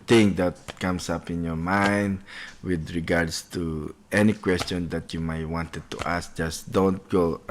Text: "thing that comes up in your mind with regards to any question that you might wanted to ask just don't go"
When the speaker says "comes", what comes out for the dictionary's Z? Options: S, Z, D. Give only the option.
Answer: S